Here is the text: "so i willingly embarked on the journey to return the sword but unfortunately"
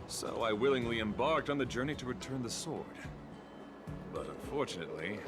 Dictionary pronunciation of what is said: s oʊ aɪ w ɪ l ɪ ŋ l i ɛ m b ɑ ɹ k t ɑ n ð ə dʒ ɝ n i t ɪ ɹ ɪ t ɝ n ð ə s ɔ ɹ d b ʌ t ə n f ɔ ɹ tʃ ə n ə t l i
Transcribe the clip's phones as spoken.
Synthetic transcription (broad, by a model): s oʊ aɪ w ɪ l ɪ ŋ l i ɛ m b ɑ ɹ k t n ð ə dʒ ɝ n i t ɪ ɹ ɪ t ɝ n ð ə s ɔ ɹ d b ʌ t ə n f ɔ ɹ tʃ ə n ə t l i